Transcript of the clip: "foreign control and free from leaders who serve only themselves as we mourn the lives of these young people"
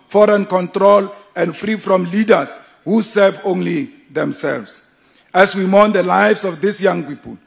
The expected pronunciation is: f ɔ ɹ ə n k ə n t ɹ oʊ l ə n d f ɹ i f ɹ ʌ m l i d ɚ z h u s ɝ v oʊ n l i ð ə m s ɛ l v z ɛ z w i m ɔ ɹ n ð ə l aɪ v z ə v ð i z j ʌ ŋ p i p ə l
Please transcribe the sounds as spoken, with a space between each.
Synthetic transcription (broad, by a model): f ɔ ɹ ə n k ə n t ɹ oʊ l ə n d f ɹ i f ɹ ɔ m l i d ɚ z h u s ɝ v oʊ n l i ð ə m s ɛ l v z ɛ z w i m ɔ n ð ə l aɪ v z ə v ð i s j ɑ ŋ p i p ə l